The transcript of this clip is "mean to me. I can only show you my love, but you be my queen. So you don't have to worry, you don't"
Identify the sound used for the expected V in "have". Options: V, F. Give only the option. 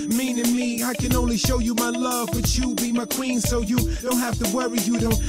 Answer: F